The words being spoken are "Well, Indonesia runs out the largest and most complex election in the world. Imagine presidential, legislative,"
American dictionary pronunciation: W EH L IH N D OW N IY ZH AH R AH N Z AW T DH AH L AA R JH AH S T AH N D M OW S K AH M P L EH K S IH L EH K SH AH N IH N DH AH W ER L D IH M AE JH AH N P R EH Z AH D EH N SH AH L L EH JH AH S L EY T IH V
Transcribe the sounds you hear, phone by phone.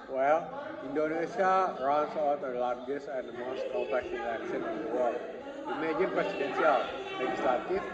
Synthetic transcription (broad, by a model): W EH L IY N D OW N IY S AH R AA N S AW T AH L AA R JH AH S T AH N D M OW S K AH P EH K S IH N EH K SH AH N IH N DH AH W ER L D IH M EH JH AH N P R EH S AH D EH N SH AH L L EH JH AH S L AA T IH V